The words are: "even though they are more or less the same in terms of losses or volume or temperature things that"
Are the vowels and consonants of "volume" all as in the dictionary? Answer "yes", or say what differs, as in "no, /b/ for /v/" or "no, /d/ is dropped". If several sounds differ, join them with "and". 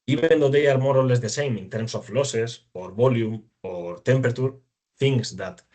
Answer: no, /b/ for /v/